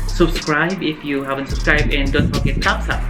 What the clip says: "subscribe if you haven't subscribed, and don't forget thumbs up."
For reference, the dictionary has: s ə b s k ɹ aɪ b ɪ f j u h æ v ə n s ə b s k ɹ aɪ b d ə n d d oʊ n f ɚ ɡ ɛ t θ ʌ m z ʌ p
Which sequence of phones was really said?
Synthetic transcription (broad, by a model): s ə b s k ɹ aɪ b ɪ f j u h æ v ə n s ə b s k ɹ aɪ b ə n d d oʊ n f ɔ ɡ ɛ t s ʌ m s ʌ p